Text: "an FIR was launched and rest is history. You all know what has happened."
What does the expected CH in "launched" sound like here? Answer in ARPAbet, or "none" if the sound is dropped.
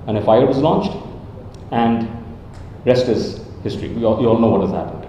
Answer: CH